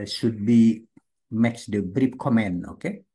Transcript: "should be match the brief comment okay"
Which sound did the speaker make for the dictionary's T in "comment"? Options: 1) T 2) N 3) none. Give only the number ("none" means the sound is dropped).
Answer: 3